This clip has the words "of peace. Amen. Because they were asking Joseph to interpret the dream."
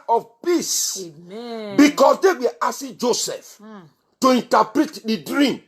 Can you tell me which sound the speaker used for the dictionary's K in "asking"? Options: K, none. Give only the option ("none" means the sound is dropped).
none